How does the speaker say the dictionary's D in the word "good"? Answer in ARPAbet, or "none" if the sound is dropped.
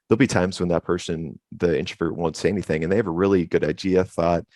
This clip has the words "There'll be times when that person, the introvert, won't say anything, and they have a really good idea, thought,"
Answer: D